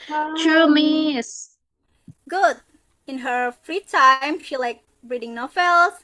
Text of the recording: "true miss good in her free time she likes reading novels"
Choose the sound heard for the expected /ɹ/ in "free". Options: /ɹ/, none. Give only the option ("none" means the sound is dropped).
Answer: /ɹ/